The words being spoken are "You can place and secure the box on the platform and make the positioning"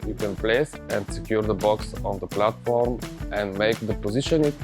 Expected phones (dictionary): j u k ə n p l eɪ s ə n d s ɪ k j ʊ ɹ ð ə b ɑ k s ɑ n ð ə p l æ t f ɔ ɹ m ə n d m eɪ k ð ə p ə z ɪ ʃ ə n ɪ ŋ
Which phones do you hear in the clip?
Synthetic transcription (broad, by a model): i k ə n p l eɪ s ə n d s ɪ k j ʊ ɹ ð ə b ɑ k s ɑ n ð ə p l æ t f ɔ ɹ m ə n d m eɪ k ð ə p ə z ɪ ʃ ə n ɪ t